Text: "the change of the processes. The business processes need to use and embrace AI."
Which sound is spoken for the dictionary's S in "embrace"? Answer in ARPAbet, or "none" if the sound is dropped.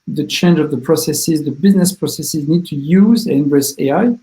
none